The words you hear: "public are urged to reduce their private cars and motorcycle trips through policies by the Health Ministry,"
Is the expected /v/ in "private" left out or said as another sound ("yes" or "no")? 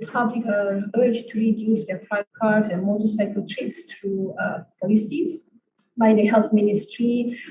yes